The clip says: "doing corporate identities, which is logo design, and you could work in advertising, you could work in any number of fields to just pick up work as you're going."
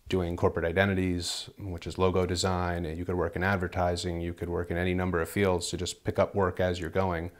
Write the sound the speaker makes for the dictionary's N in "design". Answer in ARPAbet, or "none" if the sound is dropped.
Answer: none